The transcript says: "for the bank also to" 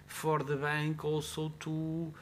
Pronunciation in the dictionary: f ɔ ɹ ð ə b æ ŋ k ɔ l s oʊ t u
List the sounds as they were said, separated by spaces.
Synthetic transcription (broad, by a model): f ɔ ɹ ð ə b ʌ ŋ k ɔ w s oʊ t u